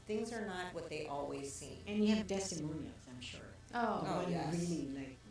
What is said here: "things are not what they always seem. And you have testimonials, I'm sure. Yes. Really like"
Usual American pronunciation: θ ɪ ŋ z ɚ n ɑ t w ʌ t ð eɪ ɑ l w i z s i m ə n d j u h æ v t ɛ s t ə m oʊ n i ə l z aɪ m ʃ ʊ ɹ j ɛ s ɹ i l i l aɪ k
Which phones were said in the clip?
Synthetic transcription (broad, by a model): θ ɪ ŋ z ɚ n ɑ t w ʌ t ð eɪ ɑ l w i z s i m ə n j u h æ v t ɛ s t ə m oʊ n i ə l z aɪ m ʃ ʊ ɹ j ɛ ɹ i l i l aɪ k